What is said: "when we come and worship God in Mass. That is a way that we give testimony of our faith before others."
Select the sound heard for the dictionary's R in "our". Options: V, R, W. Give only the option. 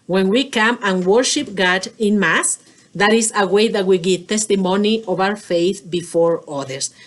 W